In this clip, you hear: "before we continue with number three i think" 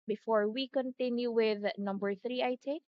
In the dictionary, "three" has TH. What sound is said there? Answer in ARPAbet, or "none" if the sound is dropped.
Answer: TH